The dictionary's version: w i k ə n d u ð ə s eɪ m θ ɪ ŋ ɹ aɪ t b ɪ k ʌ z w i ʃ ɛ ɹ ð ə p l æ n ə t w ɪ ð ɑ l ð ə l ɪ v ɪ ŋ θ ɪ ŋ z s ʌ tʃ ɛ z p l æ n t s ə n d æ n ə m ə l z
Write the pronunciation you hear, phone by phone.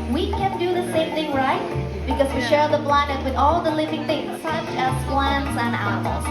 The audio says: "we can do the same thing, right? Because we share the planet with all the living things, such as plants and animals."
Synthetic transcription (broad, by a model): w i k ə n d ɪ ð ə s eɪ m θ ɪ ŋ ɹ aɪ t b ɪ k ʌ z w i ʃ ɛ ɹ ð ə b l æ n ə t w ɪ ð ɑ l ð ə l ɪ v ɪ ŋ θ ɪ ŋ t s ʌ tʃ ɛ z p l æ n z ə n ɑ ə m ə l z